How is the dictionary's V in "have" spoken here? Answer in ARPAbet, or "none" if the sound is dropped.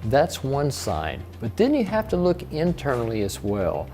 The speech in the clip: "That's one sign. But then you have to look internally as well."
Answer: F